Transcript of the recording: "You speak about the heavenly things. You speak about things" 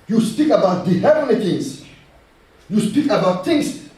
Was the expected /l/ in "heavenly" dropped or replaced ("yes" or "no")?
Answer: yes